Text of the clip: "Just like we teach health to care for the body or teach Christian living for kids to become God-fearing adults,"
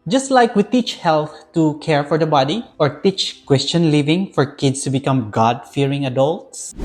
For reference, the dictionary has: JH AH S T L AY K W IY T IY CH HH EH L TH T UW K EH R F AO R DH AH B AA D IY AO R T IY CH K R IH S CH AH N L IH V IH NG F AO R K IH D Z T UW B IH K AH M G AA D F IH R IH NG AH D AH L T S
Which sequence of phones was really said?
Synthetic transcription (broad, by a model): JH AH S T L AY K W IY T IY CH HH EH L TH T UW K EH R F AO R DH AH B AA D IY AO R T IY CH K W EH S CH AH N L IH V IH NG F AO R K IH D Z T UW B IH K AH M G AA D F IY R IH NG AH D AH L T S